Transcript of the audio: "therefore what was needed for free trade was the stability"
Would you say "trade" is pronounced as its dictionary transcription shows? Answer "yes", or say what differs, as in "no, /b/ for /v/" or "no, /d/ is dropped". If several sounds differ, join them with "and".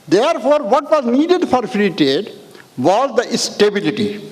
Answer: no, /ɹ/ is dropped